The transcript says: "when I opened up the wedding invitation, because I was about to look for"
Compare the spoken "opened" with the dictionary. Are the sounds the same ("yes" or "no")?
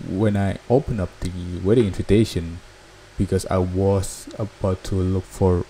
no